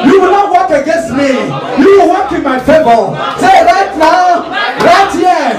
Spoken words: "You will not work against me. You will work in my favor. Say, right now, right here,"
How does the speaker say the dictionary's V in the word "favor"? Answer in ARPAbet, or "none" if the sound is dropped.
B